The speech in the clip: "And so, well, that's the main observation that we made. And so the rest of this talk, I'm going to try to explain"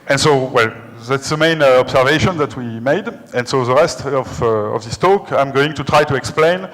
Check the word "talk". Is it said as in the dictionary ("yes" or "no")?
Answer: yes